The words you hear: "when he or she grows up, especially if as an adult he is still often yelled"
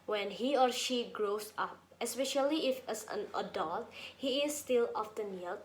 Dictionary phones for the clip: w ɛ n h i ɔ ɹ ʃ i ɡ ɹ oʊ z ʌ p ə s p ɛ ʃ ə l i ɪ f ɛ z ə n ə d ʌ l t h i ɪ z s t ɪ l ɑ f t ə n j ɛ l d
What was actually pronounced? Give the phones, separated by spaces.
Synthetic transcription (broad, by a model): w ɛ n h i ɔ ɹ ʃ i ɡ ɹ oʊ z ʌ p ə s p ɛ ʃ ə l i ɪ f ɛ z ə n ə d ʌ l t h i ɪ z s t ɪ l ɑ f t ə n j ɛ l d